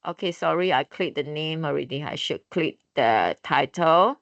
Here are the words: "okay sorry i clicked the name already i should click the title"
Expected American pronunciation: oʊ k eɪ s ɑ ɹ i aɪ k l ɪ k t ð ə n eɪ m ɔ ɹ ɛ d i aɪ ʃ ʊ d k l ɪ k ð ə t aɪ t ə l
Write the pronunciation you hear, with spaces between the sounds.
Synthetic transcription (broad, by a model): oʊ k eɪ s ɑ ɹ i aɪ k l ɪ t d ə n eɪ m ɔ ɹ ɛ d i aɪ ʃ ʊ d k l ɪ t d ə t aɪ t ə l